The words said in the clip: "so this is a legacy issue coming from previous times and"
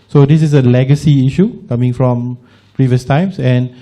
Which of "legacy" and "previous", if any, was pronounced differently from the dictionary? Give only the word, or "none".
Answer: none